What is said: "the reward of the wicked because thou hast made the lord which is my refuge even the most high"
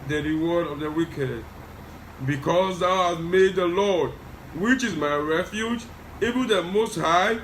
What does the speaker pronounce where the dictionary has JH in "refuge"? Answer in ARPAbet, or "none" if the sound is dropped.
JH